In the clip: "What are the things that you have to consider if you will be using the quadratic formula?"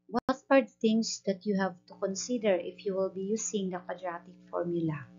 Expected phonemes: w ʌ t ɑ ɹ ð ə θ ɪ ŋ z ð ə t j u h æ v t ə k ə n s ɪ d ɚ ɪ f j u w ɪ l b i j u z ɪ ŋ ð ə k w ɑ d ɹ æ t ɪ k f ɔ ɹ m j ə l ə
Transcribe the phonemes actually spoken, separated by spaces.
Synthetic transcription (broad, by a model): w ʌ t ɑ ɹ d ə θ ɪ ŋ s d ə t j u h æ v t ə k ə n s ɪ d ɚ ɪ f j u w ɪ l b i j u s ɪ ŋ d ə k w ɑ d ɹ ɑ t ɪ k f ɔ ɹ m j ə l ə